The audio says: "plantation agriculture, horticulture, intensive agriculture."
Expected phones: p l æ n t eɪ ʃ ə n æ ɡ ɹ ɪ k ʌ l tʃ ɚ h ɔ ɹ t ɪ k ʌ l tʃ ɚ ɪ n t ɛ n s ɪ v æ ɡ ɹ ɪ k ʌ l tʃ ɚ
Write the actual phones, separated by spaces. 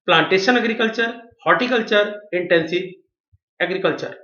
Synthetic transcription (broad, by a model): p l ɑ n t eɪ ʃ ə n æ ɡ ɹ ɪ k ʌ l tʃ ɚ h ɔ t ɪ k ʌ l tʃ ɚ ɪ n t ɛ n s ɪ æ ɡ ɹ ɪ k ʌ l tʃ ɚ